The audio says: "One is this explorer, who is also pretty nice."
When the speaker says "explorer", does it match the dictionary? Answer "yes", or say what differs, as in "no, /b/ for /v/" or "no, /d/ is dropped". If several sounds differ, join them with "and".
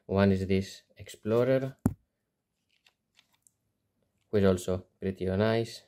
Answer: yes